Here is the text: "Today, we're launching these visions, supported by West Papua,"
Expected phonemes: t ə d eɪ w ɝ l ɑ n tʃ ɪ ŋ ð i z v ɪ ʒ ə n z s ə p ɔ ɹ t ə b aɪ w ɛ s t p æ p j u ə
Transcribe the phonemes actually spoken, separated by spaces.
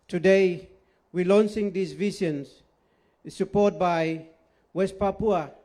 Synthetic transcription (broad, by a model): t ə d eɪ w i l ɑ n s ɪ ŋ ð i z v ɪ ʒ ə n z s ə p ɔ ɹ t b aɪ w ɛ s t p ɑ p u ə